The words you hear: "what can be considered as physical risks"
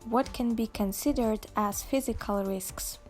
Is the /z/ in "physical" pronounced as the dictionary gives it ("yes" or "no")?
yes